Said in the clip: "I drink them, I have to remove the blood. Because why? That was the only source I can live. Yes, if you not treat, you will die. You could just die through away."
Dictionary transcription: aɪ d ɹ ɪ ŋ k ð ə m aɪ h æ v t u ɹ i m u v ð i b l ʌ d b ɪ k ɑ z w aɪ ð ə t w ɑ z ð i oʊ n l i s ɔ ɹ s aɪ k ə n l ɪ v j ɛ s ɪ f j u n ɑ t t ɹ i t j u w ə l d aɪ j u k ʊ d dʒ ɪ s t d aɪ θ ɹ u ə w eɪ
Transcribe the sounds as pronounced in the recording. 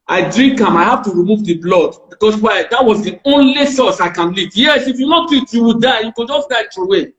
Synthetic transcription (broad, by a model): aɪ d ɹ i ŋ k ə m aɪ h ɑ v t u ɹ i m u v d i b l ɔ d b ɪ k ɑ s w aɪ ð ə t w ɑ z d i oʊ n l i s ɔ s aɪ k ə n l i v j ɛ s ɪ f j u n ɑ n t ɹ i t j u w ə d aɪ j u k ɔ dʒ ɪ s d aɪ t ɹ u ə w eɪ